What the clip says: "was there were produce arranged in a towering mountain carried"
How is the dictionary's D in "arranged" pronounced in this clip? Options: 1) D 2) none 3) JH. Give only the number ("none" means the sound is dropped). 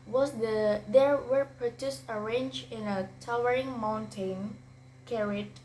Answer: 2